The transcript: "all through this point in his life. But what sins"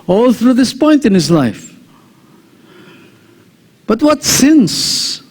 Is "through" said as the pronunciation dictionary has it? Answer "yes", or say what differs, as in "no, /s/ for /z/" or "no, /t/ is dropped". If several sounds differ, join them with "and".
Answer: yes